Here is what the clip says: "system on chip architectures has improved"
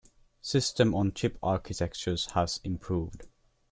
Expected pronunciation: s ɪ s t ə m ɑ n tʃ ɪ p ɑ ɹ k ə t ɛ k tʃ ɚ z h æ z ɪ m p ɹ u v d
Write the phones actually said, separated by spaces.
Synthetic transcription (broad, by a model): s ɪ s t ə m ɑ n tʃ ɪ p ɑ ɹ k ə t ɛ k tʃ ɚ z h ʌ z ɪ m p ɹ u v d